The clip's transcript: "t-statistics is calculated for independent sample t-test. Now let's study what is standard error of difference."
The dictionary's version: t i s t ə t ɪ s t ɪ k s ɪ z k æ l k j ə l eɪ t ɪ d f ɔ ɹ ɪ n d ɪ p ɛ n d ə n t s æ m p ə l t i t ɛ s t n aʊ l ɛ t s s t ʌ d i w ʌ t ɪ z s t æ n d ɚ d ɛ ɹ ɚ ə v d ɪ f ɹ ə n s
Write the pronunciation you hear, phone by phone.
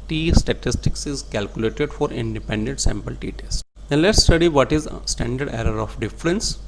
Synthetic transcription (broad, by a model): t i s t ə t ɪ s t ɪ k s ɪ z k æ l k j ə l eɪ t ɪ d f ɔ ɹ ɪ n d ɪ p ɛ n d ə n t s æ m p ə l t i t ɛ s t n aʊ l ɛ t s s t ʌ d i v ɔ t ɪ z s t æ n d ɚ d ɛ ɹ ɚ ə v d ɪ f ɹ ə n s